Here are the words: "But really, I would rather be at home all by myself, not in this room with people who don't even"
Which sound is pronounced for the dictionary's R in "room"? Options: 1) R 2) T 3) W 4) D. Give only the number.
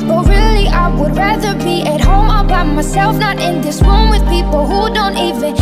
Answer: 3